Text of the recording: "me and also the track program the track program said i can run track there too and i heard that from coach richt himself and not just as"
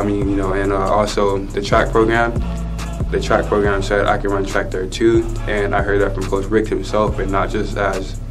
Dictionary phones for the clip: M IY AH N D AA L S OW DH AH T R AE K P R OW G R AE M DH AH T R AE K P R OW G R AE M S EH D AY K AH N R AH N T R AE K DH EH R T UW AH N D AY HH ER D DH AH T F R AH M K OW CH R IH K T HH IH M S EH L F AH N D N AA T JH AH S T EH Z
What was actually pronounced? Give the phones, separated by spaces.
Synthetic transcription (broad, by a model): M IY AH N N AA L S OW DH AH T R AE K P R OW G R AE M DH AH T R AE K P R OW G R AE M S EH D AY K AH N R AH N T R AE K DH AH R T UW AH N AY HH ER D DH AH T F R AH M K OW S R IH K HH IH M S EH L F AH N N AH T JH AH S T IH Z